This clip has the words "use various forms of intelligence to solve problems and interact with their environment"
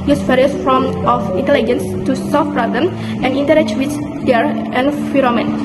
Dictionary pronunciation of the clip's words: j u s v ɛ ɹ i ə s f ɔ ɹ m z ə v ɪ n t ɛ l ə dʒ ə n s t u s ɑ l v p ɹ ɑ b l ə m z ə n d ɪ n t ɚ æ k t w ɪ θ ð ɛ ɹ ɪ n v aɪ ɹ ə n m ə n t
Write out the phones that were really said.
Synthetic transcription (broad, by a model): j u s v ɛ ɹ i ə s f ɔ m ə f ɪ n t ɛ l ə dʒ ə n s t u s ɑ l f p ɹ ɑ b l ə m ə n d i n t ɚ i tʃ w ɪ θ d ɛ ɹ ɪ n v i ɹ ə m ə n